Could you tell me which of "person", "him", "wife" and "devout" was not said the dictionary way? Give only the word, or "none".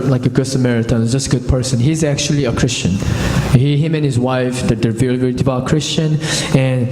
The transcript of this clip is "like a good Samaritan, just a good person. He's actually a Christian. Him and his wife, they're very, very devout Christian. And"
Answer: devout